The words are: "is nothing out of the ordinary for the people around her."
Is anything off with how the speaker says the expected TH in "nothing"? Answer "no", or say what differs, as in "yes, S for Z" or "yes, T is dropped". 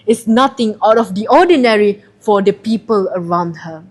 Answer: yes, T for TH